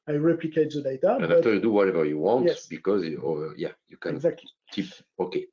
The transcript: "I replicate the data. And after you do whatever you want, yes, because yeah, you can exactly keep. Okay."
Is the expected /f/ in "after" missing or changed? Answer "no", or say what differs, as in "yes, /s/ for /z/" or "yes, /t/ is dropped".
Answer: yes, /f/ is dropped